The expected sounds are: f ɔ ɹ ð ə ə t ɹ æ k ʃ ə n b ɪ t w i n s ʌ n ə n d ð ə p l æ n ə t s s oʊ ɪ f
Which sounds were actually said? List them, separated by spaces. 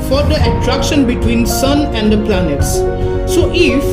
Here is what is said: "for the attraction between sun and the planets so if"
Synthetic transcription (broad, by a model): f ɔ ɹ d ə ə t ɹ æ k ʃ ə n b ɪ t w i n s ʌ n ə n d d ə p l æ n ə t s s oʊ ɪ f